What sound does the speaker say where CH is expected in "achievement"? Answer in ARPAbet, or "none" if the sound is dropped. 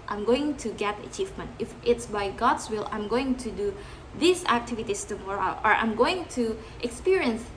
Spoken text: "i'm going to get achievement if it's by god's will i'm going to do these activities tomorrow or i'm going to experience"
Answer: CH